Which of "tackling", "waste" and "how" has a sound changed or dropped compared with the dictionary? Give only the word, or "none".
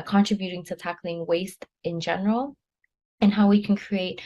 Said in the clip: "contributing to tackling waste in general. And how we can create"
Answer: none